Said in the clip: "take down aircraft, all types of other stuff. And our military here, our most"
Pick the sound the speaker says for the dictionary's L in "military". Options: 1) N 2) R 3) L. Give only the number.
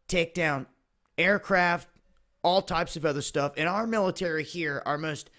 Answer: 3